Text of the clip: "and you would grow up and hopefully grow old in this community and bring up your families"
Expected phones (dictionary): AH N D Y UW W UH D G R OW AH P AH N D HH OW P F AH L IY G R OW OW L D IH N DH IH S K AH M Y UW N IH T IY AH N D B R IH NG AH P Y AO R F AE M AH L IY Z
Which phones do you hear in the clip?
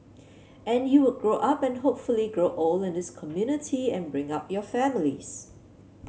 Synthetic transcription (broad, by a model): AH N Y UW W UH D G R OW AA P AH N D HH OW P F AH L IY G R OW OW L IH N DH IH S K AH M Y UW N IH T IY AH N B R IH NG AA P Y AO F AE M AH L IY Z